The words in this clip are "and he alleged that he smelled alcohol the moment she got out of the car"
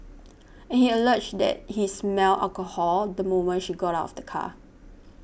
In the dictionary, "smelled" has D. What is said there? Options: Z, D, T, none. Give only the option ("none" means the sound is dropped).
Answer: none